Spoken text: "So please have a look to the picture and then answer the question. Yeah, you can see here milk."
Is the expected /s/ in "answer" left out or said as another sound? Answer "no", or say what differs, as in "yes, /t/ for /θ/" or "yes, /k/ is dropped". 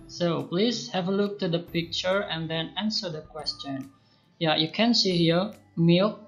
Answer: no